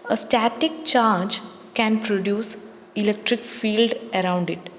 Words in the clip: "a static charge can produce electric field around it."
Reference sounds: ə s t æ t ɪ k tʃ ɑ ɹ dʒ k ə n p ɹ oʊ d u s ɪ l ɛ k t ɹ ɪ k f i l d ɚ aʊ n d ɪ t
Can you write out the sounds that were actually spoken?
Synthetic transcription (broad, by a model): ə s t æ t ɪ k tʃ ɑ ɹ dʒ k ə n p ɹ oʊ d u s ɪ l ɛ k t ɹ ɪ k f i l d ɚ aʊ n d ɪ t